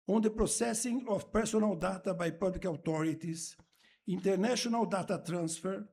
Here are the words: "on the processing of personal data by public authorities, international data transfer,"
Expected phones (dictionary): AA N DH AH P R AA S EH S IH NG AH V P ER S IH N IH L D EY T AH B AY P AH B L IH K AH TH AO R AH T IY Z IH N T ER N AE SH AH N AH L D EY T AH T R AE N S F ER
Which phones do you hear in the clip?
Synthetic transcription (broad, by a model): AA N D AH P R AA S EH S IH NG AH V P ER S IH N IH L D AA T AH B AY P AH B L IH K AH T AO R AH T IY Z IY N T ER N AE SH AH N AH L D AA T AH T R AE N S F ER